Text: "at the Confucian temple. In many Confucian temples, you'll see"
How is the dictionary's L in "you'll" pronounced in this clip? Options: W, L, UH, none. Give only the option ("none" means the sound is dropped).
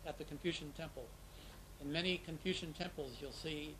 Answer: L